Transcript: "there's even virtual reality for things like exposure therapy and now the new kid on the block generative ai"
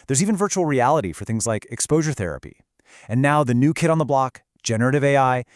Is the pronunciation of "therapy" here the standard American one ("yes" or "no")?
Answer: yes